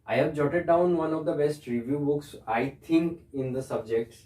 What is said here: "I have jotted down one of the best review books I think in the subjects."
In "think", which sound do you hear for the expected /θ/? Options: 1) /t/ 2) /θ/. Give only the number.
1